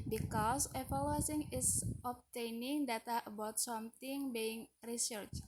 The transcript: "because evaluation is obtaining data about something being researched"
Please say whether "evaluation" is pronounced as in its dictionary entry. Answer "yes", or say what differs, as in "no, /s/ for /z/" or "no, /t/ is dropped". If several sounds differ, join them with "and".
no, /s/ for /ʃ/